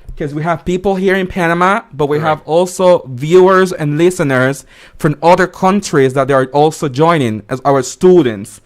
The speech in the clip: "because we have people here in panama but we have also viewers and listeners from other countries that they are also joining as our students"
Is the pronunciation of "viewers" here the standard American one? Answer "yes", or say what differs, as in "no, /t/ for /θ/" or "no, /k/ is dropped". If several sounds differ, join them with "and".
yes